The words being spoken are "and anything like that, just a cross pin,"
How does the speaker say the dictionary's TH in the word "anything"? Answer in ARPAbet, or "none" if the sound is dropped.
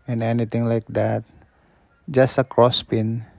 T